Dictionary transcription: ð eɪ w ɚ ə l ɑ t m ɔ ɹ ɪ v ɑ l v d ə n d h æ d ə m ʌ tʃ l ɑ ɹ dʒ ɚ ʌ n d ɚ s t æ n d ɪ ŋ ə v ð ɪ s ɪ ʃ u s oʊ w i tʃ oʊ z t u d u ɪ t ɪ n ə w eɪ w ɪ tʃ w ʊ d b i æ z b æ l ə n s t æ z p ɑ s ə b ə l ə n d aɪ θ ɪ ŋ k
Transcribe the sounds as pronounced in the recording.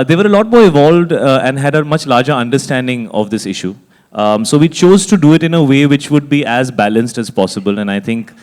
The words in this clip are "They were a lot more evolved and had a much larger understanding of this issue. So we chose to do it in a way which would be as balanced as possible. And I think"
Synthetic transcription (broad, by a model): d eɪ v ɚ ə l ɑ t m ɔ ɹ ɪ v ɑ l v d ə n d h æ d ə m ʌ tʃ l ɑ ɹ dʒ ɚ ʌ n d ɚ s t æ n d ɪ ŋ ə v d ɪ s ɪ ʃ u s oʊ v i tʃ oʊ z t u d u ɪ t ɪ n ə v eɪ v ɪ tʃ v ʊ d b i æ z b æ l ə n s t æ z p ɑ s ə b ə l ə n aɪ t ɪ ŋ k